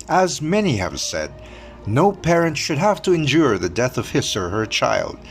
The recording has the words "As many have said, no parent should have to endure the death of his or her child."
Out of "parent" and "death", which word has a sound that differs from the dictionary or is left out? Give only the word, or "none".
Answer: none